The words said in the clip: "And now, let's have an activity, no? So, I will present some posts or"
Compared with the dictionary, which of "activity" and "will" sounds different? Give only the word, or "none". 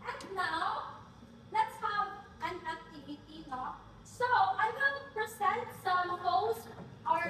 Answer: will